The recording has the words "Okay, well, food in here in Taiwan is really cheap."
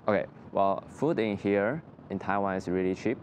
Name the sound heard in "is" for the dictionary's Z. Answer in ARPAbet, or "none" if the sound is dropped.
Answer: S